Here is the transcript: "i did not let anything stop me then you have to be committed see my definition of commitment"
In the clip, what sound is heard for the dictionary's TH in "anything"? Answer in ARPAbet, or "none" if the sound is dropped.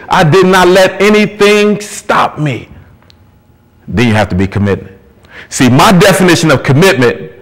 TH